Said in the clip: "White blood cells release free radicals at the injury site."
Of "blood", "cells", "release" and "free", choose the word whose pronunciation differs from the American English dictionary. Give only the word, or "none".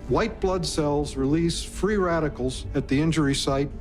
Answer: none